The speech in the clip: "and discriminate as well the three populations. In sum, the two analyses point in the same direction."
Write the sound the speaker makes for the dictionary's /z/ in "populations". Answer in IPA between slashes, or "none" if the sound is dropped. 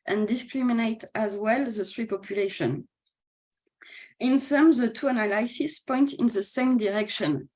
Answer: none